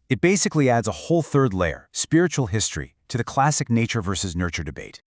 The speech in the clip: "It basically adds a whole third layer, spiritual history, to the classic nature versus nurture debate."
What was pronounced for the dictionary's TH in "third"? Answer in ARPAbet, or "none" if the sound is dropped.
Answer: TH